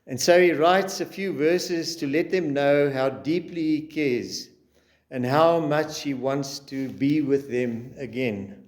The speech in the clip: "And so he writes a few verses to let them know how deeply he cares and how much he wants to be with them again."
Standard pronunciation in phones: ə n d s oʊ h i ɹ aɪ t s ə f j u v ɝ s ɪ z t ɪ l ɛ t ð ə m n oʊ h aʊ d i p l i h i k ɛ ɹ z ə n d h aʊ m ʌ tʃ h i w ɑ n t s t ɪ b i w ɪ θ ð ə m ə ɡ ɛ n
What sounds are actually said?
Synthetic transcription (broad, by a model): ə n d s oʊ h i ɹ aɪ t s ə f j u v ɝ s ɪ z t ɪ l ɛ t ð ə m n oʊ h aʊ d i p l i h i k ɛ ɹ z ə n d h aʊ m ʌ tʃ h i w ɑ n t s t ɪ b i w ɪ ð ə m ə ɡ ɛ n